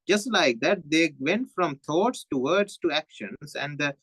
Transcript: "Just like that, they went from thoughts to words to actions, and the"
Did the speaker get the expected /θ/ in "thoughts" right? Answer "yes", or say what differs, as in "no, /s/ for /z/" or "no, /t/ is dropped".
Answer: no, /t/ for /θ/